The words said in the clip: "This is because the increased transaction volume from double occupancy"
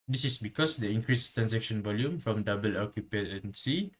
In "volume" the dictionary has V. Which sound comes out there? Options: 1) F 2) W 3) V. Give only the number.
3